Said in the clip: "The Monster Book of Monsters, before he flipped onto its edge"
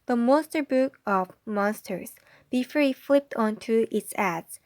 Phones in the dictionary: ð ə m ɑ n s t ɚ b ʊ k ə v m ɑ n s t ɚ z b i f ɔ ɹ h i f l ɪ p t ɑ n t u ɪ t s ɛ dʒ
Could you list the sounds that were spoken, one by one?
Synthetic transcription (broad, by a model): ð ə m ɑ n s t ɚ b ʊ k ə v m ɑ n s t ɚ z b i f ɔ ɹ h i f l ɪ p t ɑ n t u ɪ t s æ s